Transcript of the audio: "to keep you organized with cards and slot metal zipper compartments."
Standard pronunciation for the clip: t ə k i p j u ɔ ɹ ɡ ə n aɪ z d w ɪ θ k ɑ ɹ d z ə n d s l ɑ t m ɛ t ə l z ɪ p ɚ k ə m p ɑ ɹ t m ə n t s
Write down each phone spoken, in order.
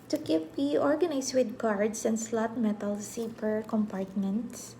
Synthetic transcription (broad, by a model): t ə k i p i ɔ ɹ ɡ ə n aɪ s w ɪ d k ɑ ɹ d s ə n d s l ɑ t m ɛ t ə l s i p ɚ k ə m p ɑ ɹ t m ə n t s